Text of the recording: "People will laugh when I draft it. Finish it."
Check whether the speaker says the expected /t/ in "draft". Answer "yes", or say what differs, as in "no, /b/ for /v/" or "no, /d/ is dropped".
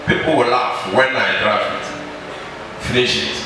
no, /t/ is dropped